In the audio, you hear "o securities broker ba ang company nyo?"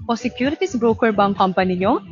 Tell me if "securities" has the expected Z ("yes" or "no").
no